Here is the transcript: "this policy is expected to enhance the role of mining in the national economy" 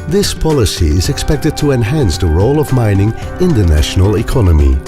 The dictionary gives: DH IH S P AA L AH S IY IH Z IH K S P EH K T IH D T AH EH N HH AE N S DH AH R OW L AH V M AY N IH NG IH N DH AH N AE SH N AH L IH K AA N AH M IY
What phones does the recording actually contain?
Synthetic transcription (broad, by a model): DH IH S P AA L AH S IY IH Z IH K S P EH K T IH D T AH EH N HH AE N S DH AH R OW L AH V M AY N IH NG IH N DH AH N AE SH N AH L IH K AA N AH M IY